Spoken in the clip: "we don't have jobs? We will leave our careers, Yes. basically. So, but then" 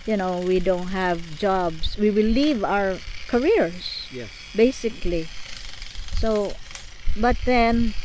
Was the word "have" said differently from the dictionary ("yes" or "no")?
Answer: no